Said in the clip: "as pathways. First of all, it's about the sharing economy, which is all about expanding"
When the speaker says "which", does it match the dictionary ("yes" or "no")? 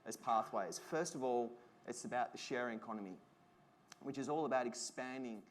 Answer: yes